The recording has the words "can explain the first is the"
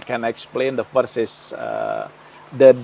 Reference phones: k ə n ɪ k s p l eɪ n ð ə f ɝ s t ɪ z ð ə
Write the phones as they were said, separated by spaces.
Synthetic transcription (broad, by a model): k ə n ɪ k s p l eɪ n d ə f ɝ s ɪ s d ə